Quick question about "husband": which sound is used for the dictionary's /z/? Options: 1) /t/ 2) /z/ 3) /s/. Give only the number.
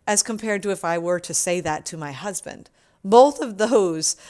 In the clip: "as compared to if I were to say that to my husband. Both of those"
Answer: 2